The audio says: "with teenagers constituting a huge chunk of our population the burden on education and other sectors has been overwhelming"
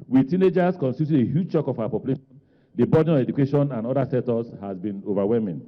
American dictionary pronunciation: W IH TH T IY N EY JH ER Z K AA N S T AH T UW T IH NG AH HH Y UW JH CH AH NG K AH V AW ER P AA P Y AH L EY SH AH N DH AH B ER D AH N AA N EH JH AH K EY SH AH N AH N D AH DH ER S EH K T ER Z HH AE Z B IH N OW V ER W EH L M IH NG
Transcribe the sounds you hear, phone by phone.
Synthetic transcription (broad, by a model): W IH T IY N EY JH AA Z K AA N S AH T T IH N AH HH Y UW JH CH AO K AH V AW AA P AA P Y AH L EY SH AH N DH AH B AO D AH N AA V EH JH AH K EY SH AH N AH N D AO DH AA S EH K T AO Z HH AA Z B IH N OW V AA W EH L M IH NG